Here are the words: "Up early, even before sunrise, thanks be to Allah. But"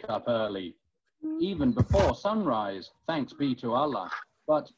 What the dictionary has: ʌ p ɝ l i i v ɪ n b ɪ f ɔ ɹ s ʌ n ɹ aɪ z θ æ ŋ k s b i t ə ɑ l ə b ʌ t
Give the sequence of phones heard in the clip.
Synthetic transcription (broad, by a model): ʌ p ɝ l i i v ɪ n b ɪ f ɔ ɹ s ʌ n ɹ aɪ z θ æ ŋ k s b i t ə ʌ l ə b ʌ t